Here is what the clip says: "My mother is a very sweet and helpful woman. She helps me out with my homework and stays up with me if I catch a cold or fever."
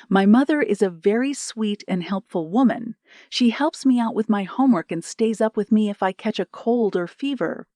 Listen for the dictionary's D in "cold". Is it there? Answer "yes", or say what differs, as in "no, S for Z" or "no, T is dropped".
yes